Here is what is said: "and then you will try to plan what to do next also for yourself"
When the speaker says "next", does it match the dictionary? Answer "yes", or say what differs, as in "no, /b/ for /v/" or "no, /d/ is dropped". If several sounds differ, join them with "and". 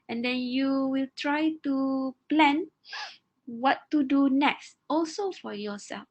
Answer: yes